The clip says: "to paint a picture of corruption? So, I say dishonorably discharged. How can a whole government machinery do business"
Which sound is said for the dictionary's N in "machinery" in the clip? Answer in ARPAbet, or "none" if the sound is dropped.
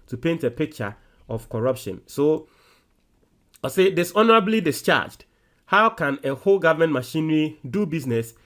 N